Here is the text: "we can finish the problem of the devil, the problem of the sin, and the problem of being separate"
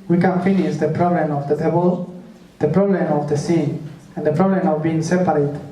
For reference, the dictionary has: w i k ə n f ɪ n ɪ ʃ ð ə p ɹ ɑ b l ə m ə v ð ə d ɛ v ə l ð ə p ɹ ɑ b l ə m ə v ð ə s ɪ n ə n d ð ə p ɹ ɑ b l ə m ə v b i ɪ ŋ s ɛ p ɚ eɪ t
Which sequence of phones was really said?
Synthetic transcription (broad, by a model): w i k ə n f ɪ n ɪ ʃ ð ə p ɹ ɑ b l ə m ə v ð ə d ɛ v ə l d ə p ɹ ɑ b l ə m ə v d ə s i ə n d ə p ɹ ɑ b l ə m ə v b i ɪ ŋ s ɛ p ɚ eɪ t